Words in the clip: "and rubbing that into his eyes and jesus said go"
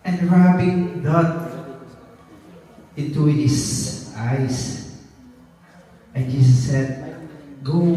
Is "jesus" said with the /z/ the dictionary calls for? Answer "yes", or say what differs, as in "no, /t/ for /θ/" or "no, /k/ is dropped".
no, /s/ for /z/